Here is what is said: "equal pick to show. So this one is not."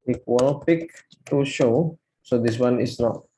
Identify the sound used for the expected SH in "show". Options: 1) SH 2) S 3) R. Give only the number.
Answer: 1